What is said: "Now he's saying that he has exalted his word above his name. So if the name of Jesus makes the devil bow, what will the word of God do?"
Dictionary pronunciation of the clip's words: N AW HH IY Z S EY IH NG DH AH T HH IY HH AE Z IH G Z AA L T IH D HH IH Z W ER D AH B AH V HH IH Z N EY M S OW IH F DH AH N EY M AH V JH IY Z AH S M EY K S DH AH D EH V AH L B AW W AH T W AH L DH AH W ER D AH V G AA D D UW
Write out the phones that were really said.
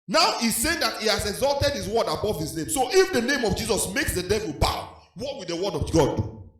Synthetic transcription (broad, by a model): N AW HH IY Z S EY IH NG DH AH T HH IY HH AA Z IH G Z AA L T IH D HH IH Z W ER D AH B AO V HH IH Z N EY M S OW IH F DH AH N EY M AH V JH IY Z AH S M EY K S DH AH D EH V AH L B AW W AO T W AH L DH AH W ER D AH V G AA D D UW